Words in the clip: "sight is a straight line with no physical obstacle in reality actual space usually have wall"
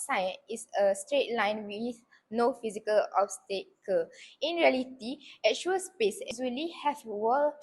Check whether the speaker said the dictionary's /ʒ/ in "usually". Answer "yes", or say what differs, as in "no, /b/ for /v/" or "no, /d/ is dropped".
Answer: no, /z/ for /ʒ/